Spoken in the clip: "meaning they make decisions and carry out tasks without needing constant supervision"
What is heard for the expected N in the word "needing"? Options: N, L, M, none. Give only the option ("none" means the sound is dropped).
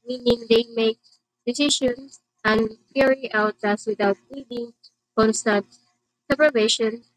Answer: L